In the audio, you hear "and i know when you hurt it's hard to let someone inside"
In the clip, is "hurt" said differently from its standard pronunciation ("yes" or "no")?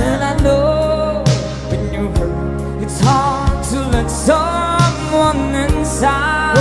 yes